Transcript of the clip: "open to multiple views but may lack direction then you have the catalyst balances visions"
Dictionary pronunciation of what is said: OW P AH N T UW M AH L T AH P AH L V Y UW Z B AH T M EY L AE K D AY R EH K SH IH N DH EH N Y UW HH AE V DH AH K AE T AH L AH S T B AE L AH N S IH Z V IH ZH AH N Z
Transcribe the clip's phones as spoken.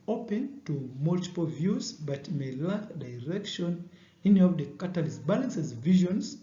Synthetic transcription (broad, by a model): OW P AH N T UW M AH L T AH P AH L V Y UW Z B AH T M EY L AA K D AY R EH K SH IH N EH N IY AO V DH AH K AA T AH L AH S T B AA L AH N S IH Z V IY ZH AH N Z